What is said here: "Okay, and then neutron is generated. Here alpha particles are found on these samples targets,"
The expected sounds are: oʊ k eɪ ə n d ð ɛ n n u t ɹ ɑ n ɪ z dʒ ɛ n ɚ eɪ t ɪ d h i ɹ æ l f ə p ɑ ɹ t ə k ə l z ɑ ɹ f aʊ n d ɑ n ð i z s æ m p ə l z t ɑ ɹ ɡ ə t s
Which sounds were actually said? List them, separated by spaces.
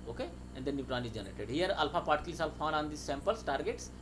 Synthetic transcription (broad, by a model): oʊ k eɪ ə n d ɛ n n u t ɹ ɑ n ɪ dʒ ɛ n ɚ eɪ t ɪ d h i ɹ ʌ l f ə p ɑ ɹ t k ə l s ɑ l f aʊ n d ɑ n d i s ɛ m p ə l s t ɑ ɹ ɡ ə t s